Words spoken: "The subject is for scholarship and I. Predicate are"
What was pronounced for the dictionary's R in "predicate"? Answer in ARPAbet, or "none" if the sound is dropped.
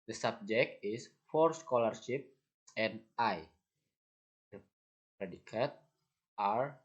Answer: R